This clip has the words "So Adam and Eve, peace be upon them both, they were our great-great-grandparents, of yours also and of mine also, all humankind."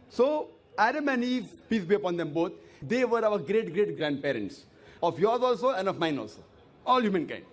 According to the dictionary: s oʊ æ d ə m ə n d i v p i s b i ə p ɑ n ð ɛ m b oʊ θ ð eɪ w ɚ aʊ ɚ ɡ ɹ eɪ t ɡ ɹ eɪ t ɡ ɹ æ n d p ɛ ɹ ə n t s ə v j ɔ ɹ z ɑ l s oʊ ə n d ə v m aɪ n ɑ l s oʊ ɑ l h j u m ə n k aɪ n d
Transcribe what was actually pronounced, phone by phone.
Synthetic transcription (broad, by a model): s oʊ æ d ə m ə n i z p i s b i ə p ɑ n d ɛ m b oʊ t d eɪ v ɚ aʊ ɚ ɡ ɹ eɪ t ɡ ɹ eɪ t ɡ ɹ æ n d p ɛ ɹ ə n t s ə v j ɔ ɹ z ɑ l s oʊ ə n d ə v m aɪ n ɑ l s oʊ ɑ l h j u m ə n k aɪ n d